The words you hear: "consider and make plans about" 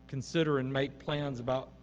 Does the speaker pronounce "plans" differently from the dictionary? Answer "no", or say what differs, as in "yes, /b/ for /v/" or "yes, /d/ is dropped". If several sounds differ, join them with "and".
no